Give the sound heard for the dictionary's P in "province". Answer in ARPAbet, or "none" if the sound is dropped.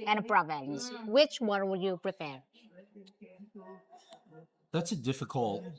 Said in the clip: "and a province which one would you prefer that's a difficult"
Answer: B